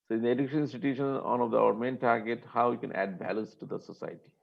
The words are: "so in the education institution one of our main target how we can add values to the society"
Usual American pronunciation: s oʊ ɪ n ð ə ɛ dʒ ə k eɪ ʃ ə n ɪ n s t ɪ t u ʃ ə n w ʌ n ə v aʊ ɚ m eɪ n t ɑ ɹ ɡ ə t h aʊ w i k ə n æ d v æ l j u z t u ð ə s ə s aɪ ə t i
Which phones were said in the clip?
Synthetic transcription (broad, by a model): s oʊ ɪ n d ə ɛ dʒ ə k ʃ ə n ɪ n s t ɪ t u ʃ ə n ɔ n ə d aʊ ɚ m eɪ n t ɑ ɹ ɡ ə t h aʊ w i k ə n æ d b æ l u s t u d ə s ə s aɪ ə t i